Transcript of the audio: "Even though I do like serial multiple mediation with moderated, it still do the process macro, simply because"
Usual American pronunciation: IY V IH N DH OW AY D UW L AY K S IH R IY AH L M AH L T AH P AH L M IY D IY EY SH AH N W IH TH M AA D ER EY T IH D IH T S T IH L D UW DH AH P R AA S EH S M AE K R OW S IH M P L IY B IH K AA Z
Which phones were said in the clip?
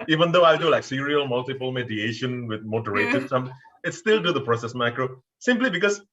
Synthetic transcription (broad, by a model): IY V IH N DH OW AY D UW L AY K S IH R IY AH L M AH L T AH P AH L M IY D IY EY SH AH N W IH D M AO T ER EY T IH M IH T S T IH L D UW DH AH P R AA S EH S M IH K R OW S IH M P L IY B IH K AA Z